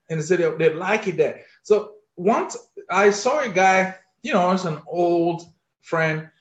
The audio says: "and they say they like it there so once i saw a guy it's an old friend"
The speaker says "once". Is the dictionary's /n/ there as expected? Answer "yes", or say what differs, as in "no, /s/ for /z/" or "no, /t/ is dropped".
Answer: yes